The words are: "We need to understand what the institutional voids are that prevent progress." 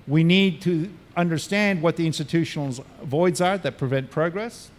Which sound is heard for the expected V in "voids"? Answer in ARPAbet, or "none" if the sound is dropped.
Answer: V